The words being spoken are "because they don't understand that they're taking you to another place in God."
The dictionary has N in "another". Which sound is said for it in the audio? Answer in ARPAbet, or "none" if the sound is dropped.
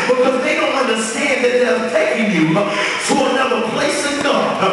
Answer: none